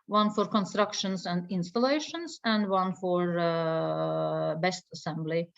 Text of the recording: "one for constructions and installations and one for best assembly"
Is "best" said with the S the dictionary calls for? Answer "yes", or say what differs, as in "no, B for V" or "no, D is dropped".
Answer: yes